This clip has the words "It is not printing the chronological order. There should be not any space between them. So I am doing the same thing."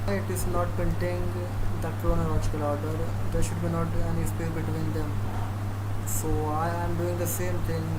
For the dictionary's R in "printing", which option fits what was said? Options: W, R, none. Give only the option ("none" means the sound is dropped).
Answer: none